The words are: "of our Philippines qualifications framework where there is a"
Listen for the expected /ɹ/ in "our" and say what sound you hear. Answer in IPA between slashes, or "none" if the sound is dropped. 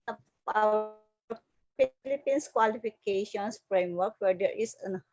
/w/